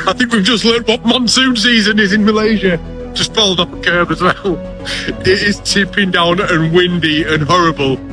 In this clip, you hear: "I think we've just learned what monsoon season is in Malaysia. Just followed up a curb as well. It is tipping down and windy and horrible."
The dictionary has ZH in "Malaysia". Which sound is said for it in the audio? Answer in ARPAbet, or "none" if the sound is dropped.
ZH